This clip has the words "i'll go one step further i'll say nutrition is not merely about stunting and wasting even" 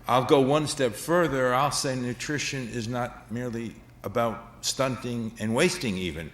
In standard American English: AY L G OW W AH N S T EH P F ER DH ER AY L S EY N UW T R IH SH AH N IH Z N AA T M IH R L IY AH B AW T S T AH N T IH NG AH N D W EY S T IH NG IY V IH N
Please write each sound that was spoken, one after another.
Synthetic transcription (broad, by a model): AY L G OW W AH N S T EH P F ER DH ER AY L S EY N UW T R IH SH AH N IH Z N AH T M IH R L IY AH B AW T S T AH N T IH NG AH N W EY S T IH NG IY V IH N